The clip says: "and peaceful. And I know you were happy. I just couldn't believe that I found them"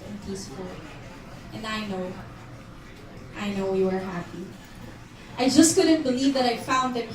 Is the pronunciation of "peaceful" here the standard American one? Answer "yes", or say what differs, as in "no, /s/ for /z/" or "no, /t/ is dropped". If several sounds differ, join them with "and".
no, /n/ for /l/